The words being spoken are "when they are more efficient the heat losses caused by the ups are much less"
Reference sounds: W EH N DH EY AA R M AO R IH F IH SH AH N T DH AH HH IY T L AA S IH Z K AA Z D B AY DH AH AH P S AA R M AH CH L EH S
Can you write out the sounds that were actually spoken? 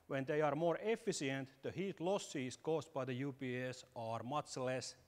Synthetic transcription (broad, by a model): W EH N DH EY AA R M AO R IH F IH S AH N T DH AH HH IY T L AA S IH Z K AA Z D B AY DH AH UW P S AA R M AH CH L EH S